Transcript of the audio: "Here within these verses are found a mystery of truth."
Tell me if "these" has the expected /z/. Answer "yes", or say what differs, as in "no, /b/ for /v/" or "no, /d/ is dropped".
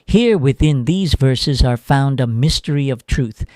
yes